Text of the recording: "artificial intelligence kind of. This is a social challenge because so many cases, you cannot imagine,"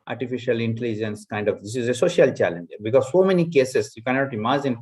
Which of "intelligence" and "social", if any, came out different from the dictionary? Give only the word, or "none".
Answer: none